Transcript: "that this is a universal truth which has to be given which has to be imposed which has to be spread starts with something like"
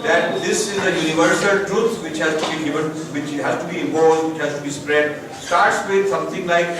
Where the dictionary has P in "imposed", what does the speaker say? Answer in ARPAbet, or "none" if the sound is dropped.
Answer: none